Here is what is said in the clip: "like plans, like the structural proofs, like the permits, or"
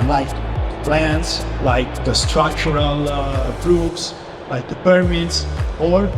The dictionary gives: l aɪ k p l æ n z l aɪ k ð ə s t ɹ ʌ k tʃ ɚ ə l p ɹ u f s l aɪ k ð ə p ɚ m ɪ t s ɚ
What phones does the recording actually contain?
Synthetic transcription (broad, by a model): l aɪ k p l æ n s l aɪ k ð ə s t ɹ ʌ k tʃ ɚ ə l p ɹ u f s l aɪ k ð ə p ɚ m ɪ t s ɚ